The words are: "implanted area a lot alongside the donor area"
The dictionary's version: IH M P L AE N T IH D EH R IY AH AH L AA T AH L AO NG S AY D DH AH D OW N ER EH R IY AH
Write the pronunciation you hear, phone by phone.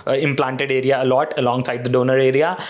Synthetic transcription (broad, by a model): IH M P L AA N T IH D EH R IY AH AH L AA T AH L AO NG S AY D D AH D OW N ER EH R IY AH